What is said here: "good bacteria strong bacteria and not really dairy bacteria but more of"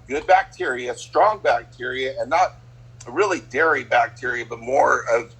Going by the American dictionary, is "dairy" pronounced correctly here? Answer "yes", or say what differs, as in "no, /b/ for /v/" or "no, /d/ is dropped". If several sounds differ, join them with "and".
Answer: yes